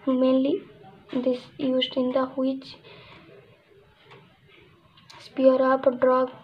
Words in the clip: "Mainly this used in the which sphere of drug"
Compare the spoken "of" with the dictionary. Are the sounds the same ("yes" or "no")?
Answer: no